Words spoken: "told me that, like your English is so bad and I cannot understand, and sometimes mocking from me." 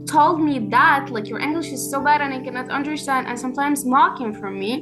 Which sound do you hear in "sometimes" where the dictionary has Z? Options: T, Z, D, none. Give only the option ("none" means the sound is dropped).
Z